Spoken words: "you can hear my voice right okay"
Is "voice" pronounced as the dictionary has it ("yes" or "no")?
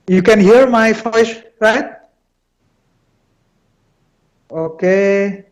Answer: no